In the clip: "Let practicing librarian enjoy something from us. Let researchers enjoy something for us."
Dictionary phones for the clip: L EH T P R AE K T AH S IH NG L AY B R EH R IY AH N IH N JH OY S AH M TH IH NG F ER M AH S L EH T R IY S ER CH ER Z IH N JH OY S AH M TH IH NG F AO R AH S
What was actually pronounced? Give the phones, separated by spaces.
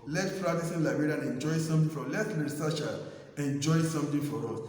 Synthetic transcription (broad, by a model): L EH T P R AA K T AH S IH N L AY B EH R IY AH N IH N JH OY S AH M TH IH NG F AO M L EH T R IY S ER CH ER IH N JH OY S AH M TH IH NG F AO R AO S